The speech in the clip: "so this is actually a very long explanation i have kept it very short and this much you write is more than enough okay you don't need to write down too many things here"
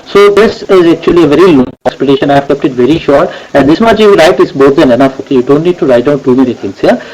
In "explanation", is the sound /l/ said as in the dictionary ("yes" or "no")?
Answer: no